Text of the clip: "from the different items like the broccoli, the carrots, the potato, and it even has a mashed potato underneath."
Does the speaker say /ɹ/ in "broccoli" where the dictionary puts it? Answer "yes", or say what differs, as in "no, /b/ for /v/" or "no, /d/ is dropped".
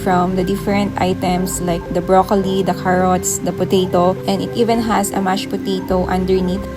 yes